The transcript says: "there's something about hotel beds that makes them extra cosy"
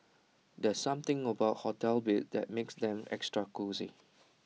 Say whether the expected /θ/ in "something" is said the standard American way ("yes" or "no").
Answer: no